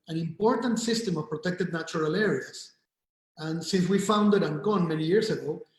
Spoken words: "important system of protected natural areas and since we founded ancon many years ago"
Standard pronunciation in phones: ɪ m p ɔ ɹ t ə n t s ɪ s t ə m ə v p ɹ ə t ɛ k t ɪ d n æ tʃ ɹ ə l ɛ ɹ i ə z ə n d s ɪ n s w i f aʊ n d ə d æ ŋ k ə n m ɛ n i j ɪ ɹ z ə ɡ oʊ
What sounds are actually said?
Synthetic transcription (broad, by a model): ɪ m p ɔ ɹ t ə n t s ɪ s t ə m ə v p ɹ ə t ɛ k t ɪ d n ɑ tʃ ɹ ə l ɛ ɹ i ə s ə n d s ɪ n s w i f aʊ n d ə d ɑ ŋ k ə n m ɛ n i j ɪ ɹ s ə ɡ oʊ